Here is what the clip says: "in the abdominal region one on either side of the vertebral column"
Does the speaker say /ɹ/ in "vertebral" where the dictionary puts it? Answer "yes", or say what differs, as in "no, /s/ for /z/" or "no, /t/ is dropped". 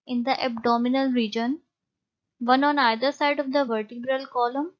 yes